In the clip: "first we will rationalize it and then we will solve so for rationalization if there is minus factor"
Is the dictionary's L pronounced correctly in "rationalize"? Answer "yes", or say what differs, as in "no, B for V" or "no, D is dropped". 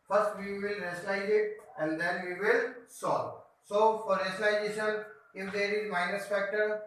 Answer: no, L is dropped